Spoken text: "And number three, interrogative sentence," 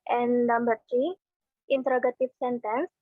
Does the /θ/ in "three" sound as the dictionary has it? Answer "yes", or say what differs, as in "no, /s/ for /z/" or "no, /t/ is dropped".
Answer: no, /t/ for /θ/